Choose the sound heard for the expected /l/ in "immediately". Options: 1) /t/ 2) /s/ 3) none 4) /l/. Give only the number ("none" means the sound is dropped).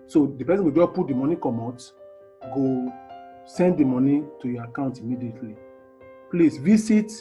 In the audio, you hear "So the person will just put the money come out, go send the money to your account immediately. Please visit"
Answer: 4